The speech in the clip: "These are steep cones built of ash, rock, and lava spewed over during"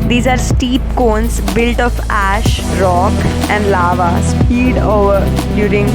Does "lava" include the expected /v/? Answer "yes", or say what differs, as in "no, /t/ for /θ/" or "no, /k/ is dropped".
yes